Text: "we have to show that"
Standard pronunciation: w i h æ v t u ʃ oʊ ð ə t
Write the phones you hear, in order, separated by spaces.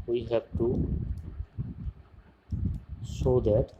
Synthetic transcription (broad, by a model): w i h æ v t u s oʊ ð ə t